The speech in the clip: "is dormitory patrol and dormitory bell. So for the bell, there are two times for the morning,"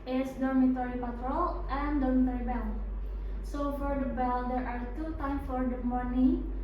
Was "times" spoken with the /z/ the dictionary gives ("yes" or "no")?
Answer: no